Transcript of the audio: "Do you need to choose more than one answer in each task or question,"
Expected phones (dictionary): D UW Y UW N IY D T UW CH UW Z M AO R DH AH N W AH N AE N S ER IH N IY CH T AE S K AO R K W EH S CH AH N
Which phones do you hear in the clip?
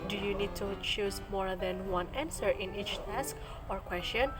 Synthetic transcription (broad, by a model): D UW Y UW N IY D T UW CH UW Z M AO R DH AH N W AH N AE N S ER IH N IY CH T AE S K AO R K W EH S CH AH N